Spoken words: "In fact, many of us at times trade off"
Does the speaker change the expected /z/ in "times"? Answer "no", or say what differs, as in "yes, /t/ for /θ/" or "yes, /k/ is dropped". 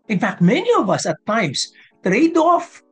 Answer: yes, /s/ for /z/